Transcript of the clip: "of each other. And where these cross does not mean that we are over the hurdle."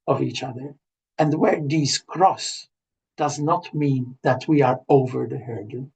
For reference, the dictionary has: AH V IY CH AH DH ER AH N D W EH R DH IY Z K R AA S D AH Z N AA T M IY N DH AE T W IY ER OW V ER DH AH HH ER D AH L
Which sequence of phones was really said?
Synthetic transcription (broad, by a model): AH V IY CH AH DH ER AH N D W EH R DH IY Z K R AA S D AH Z N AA T M IY N DH AE T W IY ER OW V ER DH AH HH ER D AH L